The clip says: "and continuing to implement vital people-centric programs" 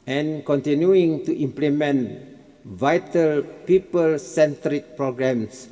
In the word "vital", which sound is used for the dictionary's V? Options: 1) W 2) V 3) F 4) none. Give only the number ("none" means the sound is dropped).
2